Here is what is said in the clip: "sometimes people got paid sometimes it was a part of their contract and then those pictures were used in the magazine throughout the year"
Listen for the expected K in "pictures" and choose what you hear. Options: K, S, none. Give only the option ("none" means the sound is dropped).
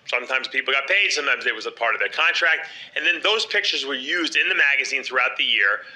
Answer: K